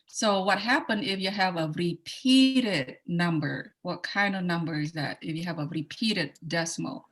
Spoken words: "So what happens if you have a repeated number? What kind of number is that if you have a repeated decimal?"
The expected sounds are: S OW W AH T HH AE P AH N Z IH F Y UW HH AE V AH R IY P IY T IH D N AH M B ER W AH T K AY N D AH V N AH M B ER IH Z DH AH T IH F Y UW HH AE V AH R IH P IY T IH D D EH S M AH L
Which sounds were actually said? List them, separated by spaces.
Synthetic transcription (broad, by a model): S OW W AH T HH AE P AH N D IH F Y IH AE V AH R IY P IY T IH D N AH M B ER W AH T K AY N D AH V N AH M B ER IH Z DH AH T IH F Y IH V AH R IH P IY T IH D D EH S M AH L